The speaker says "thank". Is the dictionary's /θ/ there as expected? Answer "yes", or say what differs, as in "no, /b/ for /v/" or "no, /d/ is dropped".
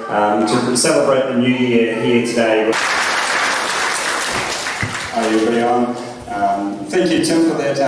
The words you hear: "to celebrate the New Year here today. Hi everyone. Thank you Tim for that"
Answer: yes